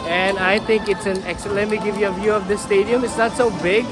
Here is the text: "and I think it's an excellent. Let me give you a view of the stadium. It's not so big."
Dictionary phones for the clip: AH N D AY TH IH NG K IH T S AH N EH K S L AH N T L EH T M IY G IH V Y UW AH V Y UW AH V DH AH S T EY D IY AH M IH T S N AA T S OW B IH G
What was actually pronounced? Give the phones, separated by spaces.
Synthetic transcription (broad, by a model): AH N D AY T IH NG K IH T S AH N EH K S AH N L EH T M IY G IH V Y UW AH V Y UW AH V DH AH S T EY D IY AH M IH T S N AA T S OW B IH G